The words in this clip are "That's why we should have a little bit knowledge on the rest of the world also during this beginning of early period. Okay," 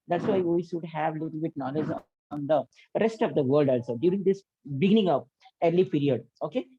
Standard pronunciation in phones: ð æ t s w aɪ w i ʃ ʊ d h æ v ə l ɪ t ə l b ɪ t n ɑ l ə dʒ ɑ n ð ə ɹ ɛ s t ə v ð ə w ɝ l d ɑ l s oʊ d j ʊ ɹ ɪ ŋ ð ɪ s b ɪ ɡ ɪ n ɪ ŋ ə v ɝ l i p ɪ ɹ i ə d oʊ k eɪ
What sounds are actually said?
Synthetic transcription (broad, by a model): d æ t s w aɪ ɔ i s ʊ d h æ v ə l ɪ t l b ɪ t n ɑ l ə dʒ ɑ n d ə ɹ ɛ s t ə v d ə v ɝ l d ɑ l s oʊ d j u ɹ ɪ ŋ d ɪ s b ɪ ɡ ɪ n ɪ ŋ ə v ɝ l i p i ɹ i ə d oʊ k eɪ